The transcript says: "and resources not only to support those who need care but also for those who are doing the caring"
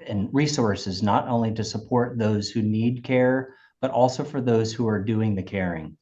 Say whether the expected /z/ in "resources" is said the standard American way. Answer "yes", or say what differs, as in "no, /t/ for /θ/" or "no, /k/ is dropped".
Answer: yes